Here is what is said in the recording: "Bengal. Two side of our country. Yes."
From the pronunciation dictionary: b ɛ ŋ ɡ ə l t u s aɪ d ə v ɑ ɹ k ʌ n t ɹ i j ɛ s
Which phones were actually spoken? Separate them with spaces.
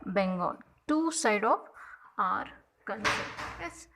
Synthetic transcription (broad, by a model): b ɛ ŋ ɡ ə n t u s aɪ d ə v ɑ ɹ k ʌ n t i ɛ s